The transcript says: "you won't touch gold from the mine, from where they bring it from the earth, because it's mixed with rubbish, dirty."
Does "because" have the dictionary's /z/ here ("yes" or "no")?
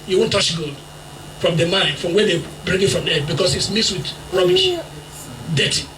no